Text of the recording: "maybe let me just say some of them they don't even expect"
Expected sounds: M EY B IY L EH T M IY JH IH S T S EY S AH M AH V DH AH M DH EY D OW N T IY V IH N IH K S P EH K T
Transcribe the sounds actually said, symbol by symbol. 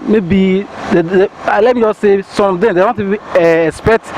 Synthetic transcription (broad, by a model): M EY B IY L EH T M IY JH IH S S EY S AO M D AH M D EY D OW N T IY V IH IH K S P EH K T